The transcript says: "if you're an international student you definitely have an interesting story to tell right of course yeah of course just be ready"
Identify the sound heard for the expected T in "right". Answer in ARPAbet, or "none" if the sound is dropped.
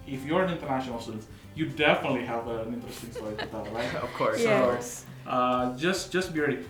none